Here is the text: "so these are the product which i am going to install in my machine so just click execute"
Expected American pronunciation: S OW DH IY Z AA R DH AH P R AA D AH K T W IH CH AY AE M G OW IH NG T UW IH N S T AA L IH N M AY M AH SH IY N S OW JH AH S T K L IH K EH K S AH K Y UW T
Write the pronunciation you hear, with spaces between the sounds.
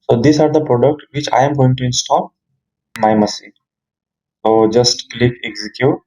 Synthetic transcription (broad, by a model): S OW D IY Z AA R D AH P R AA D AH K T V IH CH AY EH M G OW IH NG T UW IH N S T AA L M AY M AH S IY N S OW JH AH S T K L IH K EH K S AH K Y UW T